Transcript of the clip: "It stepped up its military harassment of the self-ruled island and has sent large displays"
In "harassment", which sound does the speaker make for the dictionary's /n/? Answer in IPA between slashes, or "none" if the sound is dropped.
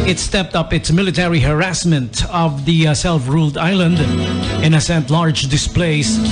/n/